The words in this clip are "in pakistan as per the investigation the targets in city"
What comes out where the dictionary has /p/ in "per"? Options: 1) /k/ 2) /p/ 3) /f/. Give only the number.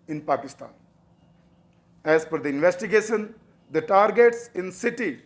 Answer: 3